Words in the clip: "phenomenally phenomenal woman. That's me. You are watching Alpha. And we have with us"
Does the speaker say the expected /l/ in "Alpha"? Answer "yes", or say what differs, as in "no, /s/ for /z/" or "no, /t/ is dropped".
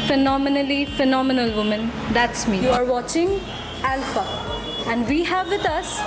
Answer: yes